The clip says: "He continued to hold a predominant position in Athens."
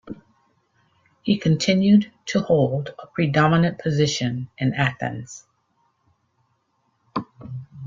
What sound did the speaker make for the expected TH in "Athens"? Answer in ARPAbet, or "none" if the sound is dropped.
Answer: TH